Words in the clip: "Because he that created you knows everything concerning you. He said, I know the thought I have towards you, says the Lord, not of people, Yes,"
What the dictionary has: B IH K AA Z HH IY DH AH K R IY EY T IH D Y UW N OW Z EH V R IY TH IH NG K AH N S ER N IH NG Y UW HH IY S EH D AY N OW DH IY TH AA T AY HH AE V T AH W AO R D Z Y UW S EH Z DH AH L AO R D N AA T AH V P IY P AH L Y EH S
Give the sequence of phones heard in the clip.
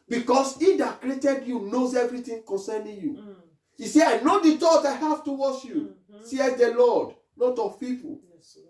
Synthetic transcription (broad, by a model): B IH K AA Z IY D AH K R IY EY T IH D Y UW N OW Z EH V R IY T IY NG K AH N S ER N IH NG Y UW IY S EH AY N OW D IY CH AA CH AY HH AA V T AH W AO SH Y UW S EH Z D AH L AO D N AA T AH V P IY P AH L